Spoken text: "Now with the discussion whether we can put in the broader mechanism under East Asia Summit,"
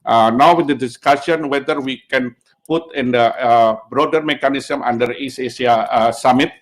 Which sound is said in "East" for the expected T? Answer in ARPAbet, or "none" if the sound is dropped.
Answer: none